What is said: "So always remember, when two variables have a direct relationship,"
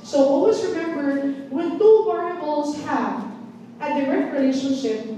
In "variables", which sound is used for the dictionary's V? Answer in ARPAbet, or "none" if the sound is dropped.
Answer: P